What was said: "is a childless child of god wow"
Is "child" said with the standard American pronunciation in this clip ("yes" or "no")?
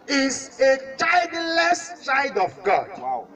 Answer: no